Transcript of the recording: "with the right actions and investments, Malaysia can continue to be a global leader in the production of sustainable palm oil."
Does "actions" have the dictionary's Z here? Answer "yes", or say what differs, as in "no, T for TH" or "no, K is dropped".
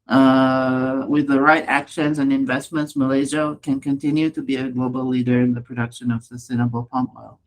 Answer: yes